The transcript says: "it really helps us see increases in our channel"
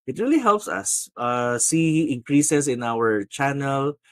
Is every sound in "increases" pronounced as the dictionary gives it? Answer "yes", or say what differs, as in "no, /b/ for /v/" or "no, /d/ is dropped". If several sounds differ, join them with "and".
no, /s/ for /z/